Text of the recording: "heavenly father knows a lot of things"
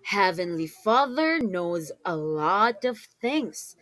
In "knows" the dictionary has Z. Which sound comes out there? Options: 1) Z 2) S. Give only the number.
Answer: 1